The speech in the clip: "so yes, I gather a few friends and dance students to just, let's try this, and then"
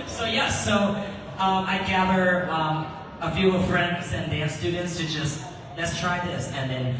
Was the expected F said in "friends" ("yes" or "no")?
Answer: yes